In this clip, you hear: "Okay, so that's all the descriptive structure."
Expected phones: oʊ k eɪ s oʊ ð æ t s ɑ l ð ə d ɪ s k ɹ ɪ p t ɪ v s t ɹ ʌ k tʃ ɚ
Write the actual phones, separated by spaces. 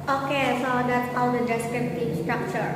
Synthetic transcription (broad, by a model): oʊ k eɪ s oʊ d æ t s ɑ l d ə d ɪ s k ɪ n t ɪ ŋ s t ɹ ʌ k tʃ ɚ